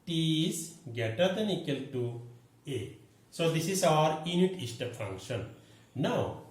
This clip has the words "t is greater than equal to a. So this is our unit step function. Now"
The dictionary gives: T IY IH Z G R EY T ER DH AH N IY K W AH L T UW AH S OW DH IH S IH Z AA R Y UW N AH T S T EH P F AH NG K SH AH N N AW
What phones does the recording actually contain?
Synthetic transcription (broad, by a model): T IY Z G EY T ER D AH N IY K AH L T UW AH S OW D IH S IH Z AA R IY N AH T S T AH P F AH NG K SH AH N N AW